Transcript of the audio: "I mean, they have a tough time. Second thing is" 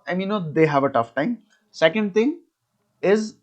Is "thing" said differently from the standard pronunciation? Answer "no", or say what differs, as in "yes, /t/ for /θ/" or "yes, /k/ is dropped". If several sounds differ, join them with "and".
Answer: yes, /t/ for /θ/